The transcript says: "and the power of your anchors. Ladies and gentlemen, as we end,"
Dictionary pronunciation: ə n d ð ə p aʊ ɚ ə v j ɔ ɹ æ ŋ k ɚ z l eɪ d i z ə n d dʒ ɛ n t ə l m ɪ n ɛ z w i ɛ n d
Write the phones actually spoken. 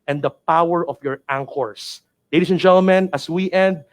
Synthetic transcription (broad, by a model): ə n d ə p aʊ ɚ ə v j ɔ ɹ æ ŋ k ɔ s l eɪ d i s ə n dʒ ɛ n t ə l m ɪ n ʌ s w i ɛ n d